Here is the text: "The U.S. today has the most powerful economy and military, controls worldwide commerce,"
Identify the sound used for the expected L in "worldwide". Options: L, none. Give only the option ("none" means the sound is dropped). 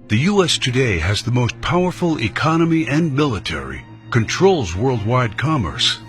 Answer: L